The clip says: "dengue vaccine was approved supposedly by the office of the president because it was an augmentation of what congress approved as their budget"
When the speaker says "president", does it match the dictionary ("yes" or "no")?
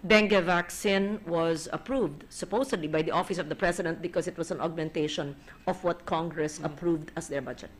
no